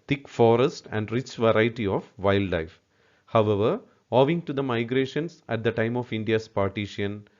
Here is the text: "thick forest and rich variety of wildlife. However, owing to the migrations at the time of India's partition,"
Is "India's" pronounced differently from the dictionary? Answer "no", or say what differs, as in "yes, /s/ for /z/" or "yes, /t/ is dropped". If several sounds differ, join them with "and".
yes, /s/ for /z/